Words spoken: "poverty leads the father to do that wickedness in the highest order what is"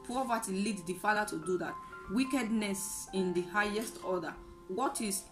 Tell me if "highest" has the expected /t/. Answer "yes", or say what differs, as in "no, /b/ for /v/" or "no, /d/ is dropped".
yes